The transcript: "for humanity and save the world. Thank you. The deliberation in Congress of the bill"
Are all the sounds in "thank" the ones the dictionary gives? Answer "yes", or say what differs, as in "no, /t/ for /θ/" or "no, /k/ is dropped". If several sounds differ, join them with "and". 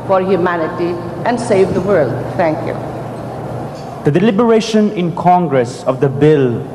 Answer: no, /t/ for /θ/